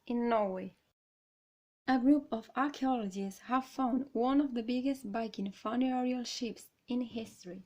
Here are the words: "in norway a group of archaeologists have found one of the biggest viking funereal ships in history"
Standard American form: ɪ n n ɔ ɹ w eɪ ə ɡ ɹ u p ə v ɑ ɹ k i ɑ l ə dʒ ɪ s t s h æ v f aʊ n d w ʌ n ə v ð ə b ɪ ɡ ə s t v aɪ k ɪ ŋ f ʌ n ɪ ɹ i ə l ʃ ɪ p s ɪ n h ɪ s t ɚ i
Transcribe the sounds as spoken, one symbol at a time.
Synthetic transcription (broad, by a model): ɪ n n ɔ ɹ w eɪ ə ɡ ɹ u p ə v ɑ ɹ k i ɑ l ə dʒ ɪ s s h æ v f aʊ n d w ʌ n ə v ð ə b ɪ ɡ ə s t b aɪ k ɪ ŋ f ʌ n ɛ ɹ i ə l ʃ ɪ p s ɪ n h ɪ s t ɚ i